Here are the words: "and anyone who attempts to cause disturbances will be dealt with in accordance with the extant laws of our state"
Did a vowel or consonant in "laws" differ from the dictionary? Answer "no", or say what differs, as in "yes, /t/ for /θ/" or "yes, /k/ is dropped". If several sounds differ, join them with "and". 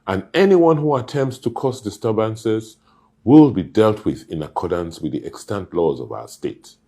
no